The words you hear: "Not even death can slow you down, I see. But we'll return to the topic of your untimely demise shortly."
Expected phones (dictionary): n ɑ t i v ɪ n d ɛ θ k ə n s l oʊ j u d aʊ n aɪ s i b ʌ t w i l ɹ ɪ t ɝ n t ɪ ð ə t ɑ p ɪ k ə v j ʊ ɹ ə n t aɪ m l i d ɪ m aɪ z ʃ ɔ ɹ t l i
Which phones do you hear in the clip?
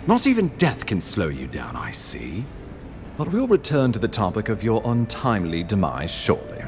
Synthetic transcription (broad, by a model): n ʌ t i v ɪ n d ɛ θ k ə n s l oʊ j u d aʊ n aɪ s i b ʌ t w i l ɹ ɪ t ɝ n t ɪ ð ə t ɑ p ɪ k ə v j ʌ ɹ ə n t aɪ m l i d ɪ m aɪ z ʃ ɔ ɹ t l i